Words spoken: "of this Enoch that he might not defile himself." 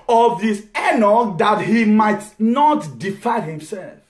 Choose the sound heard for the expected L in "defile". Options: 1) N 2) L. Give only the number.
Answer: 1